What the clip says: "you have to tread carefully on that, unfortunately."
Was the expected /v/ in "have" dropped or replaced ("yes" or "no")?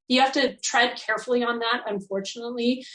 yes